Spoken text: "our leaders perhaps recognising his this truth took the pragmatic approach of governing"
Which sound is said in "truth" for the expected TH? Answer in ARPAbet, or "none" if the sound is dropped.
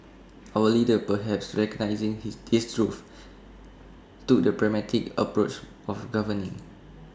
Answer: F